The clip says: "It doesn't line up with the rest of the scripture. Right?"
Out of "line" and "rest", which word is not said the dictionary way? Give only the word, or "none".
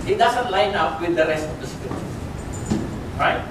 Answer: none